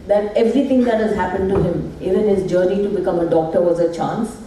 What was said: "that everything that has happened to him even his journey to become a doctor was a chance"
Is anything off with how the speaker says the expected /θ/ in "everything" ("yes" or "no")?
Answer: yes